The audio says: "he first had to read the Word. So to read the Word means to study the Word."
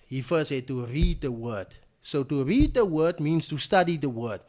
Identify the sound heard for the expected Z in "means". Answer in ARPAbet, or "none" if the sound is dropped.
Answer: S